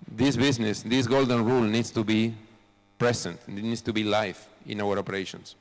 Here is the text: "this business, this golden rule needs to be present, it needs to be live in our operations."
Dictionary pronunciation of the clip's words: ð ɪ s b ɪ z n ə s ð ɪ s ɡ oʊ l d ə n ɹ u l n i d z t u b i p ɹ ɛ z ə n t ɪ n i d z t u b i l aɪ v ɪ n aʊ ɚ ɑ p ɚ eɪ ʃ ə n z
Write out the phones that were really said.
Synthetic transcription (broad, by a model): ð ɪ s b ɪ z n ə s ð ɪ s ɡ oʊ l d ə n ɹ u l n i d s t u b i p ɹ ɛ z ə n t n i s t u b i l aɪ f ɪ n aʊ ɚ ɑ p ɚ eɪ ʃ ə n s